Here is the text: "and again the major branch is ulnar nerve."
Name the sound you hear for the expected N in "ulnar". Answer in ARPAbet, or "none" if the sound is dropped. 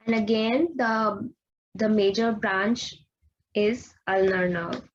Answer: N